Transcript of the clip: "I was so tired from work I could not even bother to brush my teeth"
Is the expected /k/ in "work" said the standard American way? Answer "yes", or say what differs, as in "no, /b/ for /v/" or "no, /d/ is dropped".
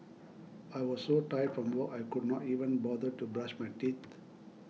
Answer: no, /k/ is dropped